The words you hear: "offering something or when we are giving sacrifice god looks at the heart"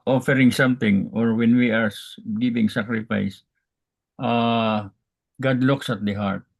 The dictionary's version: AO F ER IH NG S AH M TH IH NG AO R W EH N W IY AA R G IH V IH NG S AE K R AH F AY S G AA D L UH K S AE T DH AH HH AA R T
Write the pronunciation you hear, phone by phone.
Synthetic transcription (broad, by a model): AO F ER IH NG S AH M T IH NG AO R W EH N W IY AA R G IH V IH NG S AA K R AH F AY S G AA D L UH K S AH T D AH HH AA R T